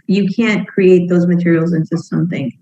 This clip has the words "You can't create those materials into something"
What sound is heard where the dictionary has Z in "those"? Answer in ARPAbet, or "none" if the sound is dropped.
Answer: Z